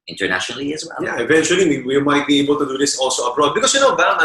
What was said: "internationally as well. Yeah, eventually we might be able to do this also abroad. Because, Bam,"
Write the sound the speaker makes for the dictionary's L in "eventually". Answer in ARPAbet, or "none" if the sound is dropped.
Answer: W